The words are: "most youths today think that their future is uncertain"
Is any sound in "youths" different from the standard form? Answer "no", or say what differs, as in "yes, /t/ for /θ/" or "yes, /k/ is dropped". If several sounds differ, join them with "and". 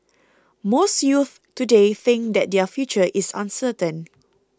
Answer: yes, /s/ is dropped